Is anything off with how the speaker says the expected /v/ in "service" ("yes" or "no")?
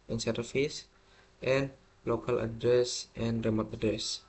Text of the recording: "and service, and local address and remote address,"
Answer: yes